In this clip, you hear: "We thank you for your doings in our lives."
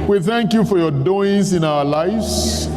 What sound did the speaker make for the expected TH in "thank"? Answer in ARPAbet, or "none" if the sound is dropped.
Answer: TH